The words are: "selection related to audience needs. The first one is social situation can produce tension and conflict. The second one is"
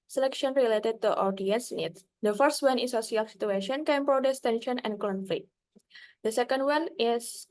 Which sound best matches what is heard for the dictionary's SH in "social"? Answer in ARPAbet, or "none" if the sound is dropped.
S